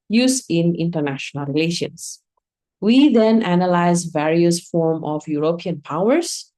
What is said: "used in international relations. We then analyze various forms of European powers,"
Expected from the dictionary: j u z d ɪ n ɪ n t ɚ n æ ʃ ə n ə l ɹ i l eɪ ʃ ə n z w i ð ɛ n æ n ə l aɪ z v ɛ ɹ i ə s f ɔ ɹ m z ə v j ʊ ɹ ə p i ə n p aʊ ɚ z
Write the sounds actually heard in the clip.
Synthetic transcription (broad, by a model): j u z ɪ n ɪ n t ɚ n æ ʃ ə n ə l ɹ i l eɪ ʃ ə n s w i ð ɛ n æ n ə l aɪ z v ɛ ɹ i ə s f ɔ ɹ m ə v j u ɹ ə p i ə n p aʊ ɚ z